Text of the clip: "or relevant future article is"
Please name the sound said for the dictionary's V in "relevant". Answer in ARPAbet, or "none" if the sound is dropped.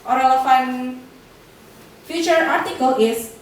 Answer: F